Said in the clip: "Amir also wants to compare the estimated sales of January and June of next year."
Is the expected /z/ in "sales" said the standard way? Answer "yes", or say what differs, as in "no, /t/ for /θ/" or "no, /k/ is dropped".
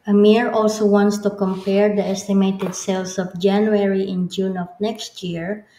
no, /s/ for /z/